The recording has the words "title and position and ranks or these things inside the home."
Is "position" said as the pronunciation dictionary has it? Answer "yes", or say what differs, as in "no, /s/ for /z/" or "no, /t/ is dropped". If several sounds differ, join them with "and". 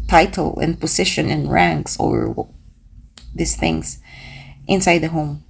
no, /s/ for /z/